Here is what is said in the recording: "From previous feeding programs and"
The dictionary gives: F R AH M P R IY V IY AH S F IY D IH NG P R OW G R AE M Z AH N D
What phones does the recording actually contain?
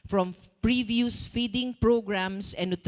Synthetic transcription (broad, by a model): F R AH M P R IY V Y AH S F IY D IH NG P R OW G R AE M S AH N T